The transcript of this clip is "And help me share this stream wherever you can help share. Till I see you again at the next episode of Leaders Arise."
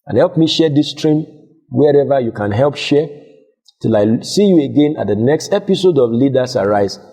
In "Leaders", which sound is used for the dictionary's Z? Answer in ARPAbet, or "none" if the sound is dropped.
S